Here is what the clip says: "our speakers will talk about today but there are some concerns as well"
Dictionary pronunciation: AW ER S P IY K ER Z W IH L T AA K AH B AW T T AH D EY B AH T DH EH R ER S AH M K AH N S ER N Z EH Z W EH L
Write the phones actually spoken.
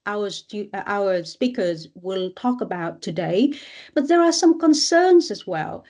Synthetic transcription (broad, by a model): AW ER S P IY K ER Z W IH L T AA K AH B AW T T AH D EY B AH T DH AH R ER S AH M K AH N S ER N Z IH Z W EH L